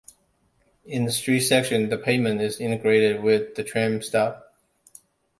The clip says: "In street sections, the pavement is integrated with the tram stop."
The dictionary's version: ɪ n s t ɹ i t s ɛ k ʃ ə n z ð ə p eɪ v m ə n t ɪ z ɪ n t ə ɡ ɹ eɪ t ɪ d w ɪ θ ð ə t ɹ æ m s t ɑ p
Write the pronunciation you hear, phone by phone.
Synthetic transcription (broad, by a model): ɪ n s t ɹ i t s ɛ k ʃ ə n ð ə p eɪ m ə n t ɪ z ɪ n t ə ɡ ɹ eɪ t ɪ d w ɪ ð ə t ɹ æ m s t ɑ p